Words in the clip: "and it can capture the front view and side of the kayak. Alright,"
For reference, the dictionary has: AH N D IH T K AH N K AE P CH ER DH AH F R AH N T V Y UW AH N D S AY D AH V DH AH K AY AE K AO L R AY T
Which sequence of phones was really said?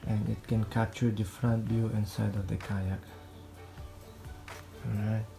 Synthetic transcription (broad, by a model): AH N IH T K AH N K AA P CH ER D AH F R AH N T B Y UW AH N S AY D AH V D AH K AY AE K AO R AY T